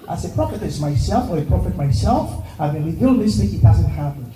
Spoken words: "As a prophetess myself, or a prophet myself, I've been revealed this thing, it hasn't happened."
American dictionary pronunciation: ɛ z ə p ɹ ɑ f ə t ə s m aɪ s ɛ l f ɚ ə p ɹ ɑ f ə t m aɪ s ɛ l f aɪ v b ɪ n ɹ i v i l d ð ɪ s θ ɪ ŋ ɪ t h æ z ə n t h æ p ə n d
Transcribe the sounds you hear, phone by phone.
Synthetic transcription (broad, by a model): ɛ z ə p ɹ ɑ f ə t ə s m aɪ s ɛ l f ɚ ə p ɹ ɑ f ə t m aɪ s ɛ l f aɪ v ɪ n w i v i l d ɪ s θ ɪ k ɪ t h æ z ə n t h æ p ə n